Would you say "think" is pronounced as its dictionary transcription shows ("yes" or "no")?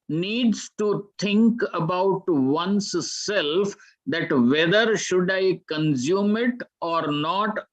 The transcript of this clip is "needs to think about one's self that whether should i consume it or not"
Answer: no